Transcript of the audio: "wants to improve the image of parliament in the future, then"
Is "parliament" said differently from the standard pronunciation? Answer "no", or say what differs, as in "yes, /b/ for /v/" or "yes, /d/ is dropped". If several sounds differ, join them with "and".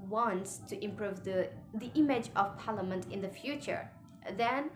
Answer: no